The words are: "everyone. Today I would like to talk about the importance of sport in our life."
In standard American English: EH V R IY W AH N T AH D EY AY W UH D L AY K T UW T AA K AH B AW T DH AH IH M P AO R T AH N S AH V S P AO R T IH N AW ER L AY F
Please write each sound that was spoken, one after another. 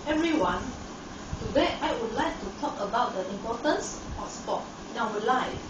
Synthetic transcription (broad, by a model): EH V R IY W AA N T AH D EY AY W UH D L AY K T UW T AA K AH B AW T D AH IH M P AO T AH N S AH S P AO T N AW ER L AY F